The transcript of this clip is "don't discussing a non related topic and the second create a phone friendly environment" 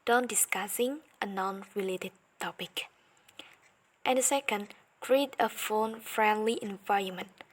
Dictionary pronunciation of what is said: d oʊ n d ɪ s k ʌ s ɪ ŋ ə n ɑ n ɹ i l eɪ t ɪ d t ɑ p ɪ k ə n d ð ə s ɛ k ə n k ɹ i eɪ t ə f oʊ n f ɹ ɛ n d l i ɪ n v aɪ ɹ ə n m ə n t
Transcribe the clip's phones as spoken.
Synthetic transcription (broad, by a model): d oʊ n d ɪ s k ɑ s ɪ ŋ ə n ɑ n ɹ i l eɪ t ɪ d t ɑ p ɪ k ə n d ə s ɛ k ə n k ɹ i eɪ t ə f oʊ n f ɹ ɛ n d l i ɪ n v aɪ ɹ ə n m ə n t